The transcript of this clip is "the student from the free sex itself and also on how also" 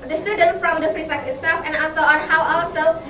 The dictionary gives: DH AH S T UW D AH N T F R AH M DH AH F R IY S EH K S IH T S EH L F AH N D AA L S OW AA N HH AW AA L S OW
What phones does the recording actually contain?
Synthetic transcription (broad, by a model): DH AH S T UW D AH N T F R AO M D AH P R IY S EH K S IH T S EH L F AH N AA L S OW AA N HH AW AA L S OW